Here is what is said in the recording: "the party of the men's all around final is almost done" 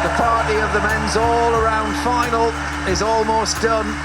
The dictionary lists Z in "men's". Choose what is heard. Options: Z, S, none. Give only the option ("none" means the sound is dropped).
Z